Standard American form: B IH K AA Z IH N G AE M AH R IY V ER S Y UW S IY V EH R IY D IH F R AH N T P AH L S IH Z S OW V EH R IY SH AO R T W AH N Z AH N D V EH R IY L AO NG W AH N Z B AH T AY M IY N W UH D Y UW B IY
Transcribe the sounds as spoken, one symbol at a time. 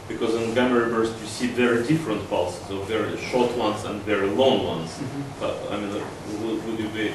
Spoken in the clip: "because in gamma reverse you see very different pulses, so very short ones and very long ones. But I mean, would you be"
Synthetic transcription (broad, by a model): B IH K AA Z IH N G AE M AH R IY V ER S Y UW S IY V EH R IY D IH F R AH N T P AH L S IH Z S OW V EH R IY SH AO R T W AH N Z AH N D V EH R IY L AO NG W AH N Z B AH T AY M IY N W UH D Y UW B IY